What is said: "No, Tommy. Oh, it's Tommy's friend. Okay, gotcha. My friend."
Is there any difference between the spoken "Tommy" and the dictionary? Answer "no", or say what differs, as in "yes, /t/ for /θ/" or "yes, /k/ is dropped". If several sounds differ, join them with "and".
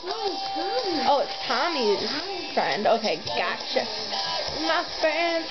yes, /m/ is dropped